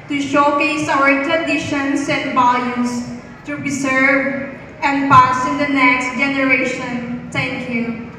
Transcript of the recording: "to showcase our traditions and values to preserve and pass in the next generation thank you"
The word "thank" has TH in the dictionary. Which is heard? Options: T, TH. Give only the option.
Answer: T